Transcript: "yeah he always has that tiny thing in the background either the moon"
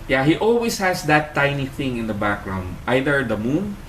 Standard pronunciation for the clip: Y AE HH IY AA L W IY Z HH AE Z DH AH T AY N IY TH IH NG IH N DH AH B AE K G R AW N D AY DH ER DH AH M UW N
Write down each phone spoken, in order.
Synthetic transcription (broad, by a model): Y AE HH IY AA L W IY S HH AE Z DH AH T AY N IY TH IH NG IH N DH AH B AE K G R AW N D AY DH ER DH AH M UW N